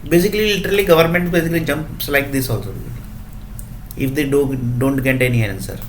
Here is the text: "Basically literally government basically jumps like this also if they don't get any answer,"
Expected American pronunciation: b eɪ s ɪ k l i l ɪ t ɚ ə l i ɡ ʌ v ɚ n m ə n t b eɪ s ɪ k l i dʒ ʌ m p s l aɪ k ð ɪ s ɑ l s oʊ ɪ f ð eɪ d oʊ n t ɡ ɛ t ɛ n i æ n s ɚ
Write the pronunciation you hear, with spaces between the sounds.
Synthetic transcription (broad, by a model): b eɪ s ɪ k l i l ɪ t ɚ ə l i ɡ ʌ v ɚ n m ə n t b eɪ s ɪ k l i dʒ ʌ m p s l aɪ k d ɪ s ɑ l s oʊ ɪ f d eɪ d oʊ n t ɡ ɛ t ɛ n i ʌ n s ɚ